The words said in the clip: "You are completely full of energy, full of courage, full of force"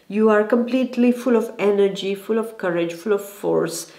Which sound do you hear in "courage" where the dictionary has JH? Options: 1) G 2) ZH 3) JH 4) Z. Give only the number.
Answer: 3